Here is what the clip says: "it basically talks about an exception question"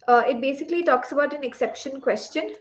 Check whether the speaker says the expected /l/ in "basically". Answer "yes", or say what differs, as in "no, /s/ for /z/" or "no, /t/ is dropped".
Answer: yes